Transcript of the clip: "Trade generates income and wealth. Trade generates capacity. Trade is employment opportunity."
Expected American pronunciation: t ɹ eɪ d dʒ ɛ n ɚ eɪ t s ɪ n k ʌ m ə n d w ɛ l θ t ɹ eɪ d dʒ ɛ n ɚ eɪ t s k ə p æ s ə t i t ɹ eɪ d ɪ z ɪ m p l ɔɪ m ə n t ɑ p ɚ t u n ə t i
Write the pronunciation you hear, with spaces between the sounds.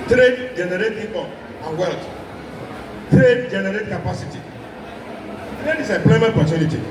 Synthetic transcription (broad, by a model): t ɹ eɪ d dʒ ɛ n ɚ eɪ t ɪ k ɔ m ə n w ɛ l t t ɹ eɪ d dʒ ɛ n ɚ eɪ t k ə p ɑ s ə t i t ɹ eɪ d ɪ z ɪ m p l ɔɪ m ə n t p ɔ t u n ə t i